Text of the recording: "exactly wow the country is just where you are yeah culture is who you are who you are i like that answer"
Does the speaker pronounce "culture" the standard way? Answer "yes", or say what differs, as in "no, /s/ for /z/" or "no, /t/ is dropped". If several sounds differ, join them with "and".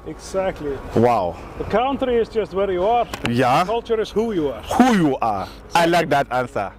yes